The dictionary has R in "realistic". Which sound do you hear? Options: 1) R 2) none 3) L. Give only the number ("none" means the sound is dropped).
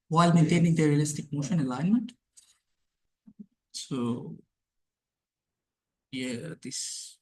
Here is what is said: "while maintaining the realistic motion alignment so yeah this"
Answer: 1